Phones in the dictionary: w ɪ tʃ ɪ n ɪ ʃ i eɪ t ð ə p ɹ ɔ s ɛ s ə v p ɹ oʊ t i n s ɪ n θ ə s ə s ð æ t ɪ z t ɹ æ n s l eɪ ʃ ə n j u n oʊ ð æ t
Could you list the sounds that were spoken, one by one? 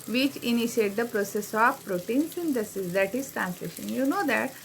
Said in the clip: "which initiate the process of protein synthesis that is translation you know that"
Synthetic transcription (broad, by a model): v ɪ tʃ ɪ n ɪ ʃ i eɪ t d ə p ɹ ɔ s ɛ s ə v p ɹ oʊ t i n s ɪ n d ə s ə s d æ t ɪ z t ɹ æ n s l eɪ ʃ ə n j u n oʊ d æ t